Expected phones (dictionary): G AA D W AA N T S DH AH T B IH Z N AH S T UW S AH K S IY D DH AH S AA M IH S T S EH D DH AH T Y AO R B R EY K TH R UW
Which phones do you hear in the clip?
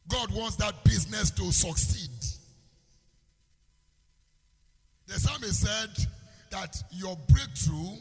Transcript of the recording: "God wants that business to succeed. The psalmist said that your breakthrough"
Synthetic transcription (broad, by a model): G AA D W AA N T S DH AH T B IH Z N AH S T UW S AH K S IY D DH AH S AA M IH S S EH D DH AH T Y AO B R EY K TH R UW